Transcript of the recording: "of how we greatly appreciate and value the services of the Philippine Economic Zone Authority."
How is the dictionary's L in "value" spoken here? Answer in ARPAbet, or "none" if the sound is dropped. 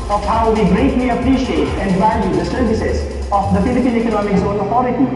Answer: N